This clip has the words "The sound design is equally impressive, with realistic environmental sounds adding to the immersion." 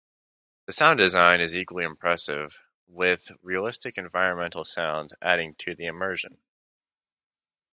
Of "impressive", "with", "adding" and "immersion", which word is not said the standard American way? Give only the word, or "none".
none